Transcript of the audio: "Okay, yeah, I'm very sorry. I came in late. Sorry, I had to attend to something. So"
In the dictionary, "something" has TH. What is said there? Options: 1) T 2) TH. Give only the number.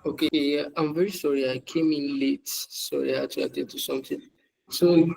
1